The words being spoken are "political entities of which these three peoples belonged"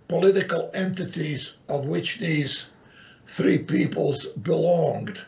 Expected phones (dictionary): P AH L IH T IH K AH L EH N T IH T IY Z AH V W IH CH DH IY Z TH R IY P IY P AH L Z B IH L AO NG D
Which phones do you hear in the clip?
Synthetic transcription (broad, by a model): P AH L IH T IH K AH L EH N T IH T IY Z AH V W IH CH DH IY Z TH R IY P IY P AH L Z B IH L AO NG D